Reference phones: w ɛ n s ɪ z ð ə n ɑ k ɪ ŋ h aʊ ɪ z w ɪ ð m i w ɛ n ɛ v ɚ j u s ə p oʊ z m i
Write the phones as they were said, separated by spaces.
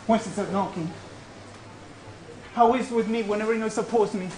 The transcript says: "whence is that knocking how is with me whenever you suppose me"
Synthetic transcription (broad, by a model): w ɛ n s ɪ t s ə n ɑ k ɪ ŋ h aʊ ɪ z w ɪ ð m i w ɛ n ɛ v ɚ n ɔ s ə p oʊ s m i